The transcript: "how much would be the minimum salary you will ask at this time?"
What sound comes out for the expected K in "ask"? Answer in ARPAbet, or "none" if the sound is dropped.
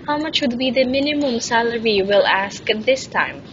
K